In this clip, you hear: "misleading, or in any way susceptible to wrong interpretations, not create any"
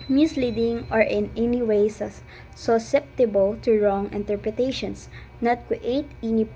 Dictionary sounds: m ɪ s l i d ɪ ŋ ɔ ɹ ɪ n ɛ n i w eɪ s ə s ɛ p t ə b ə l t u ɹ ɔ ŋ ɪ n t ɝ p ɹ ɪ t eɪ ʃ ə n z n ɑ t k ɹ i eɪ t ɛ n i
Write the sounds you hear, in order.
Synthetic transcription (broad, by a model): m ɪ s l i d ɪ ŋ ɔ ɹ ɪ n ɛ n i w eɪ s ə s ɛ p t ə b ə l t u ɹ ɔ ŋ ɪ n t ɝ p ɹ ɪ t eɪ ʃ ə n s n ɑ t k w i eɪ t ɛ n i